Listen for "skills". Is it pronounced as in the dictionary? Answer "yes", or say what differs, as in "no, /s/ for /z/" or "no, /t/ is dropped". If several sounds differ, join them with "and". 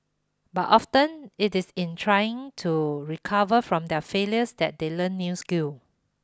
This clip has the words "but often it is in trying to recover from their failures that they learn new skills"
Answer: no, /z/ is dropped